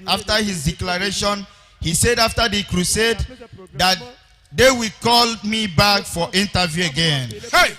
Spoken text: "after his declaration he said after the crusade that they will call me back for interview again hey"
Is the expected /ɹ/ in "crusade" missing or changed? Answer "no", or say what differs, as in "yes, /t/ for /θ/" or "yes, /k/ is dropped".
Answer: no